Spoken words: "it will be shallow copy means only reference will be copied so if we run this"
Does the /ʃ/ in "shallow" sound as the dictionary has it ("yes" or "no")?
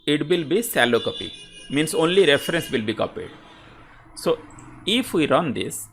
no